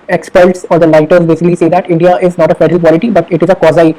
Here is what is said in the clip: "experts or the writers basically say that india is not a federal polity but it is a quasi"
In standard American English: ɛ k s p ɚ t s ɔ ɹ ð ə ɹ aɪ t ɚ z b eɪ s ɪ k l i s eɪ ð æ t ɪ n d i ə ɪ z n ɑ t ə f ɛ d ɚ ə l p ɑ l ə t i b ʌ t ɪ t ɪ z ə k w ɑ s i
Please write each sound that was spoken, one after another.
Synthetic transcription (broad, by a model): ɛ k s p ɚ t s ɔ ɹ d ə l aɪ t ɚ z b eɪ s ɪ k l i s eɪ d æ t ɪ n d i ə ɪ z n ɑ t ə f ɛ d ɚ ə l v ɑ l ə t i b ʌ t ɪ t ɪ z ə k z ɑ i